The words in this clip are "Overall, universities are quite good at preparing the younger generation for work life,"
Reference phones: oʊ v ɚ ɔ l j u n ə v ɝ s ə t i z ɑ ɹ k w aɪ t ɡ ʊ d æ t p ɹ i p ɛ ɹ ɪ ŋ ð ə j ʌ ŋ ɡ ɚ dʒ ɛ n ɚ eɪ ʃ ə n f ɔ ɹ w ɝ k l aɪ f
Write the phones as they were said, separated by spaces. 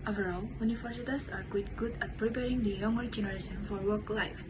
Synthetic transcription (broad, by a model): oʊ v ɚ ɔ l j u n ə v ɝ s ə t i s ɑ ɹ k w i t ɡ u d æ t p ɹ i p ɛ ɹ ɪ ŋ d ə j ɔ ŋ ɡ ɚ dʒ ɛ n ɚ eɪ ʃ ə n f ɔ ɹ w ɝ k l aɪ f